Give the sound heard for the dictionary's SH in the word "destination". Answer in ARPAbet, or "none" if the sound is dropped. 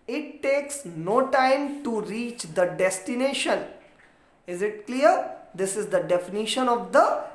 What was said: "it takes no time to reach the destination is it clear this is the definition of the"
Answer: SH